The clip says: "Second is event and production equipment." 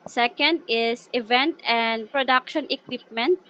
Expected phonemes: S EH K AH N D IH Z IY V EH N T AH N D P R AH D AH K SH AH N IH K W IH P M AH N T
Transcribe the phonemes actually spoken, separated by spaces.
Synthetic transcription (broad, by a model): S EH K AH N D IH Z IY V EH N T AH N D P R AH D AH K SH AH N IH K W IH P M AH N T